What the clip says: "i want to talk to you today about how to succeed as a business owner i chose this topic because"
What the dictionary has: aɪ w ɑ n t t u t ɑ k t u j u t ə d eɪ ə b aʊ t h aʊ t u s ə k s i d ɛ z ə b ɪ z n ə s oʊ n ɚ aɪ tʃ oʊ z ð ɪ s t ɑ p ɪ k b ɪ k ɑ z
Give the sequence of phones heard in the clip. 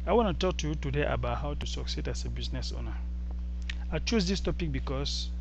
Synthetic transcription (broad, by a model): aɪ w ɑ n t t u t ɑ k t u j u t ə d eɪ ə b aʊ t h aʊ t u s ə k s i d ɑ s ə b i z n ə s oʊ n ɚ aɪ tʃ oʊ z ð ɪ s t ɑ p ɪ k b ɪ k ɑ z